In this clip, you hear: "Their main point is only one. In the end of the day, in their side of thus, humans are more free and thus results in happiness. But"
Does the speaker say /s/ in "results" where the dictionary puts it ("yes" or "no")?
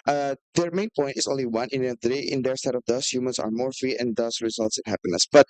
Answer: yes